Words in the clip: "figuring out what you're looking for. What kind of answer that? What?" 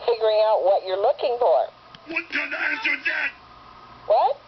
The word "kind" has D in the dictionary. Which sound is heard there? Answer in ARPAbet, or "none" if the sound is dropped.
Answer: none